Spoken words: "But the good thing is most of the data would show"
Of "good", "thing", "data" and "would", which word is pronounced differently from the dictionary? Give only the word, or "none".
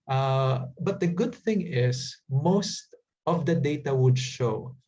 none